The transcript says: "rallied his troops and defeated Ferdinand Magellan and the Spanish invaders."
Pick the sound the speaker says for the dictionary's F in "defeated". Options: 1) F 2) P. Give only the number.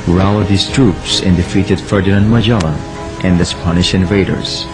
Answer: 1